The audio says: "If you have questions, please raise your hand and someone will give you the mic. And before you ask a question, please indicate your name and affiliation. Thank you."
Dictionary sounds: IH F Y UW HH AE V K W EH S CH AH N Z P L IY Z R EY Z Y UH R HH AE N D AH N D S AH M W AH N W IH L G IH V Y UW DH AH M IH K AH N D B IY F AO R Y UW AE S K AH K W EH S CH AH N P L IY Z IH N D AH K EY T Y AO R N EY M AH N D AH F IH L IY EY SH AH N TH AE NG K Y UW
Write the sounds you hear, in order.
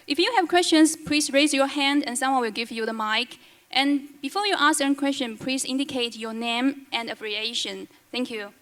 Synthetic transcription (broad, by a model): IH F Y UW HH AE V K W EH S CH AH N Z P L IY S R EY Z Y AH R HH AE N D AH N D S AH M W AH N W IH L G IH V Y UW DH AH M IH K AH N B IY F AO R Y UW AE S AH K W EH S CH AH N P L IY S IH N D AH K EY T Y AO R N EY M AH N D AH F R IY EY SH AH N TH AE NG K Y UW